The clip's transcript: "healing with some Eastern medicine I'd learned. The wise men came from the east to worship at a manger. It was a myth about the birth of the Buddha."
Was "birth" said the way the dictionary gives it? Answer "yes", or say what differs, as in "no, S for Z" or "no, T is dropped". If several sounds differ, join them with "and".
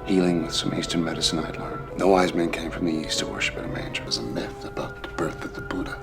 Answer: yes